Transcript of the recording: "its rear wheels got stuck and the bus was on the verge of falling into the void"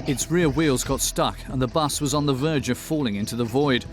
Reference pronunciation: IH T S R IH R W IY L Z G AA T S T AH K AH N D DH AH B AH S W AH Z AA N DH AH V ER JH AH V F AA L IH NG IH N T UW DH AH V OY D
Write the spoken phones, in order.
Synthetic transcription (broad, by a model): IH T S R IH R W IY L Z G AA T S T AH K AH N DH AH B AH S W AH Z N DH AH V ER JH AH V F AA L IH NG IH N T UW DH AH V OY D